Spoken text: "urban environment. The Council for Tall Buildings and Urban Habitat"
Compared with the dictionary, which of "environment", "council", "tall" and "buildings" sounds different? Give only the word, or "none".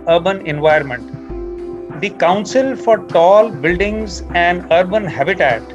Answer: environment